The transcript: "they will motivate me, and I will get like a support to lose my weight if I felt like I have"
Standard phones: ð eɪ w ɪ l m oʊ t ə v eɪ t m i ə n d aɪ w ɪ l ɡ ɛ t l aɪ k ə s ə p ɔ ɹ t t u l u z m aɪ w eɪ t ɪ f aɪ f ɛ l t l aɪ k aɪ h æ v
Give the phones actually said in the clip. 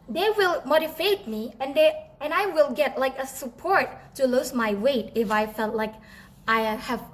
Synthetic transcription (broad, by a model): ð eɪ w ɪ l m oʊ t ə f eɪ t m i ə n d aɪ w ɪ l ɡ ɛ t l aɪ k ə s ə p ɔ ɹ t t u l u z m aɪ w eɪ t ɪ f aɪ f ɛ l t l aɪ k aɪ h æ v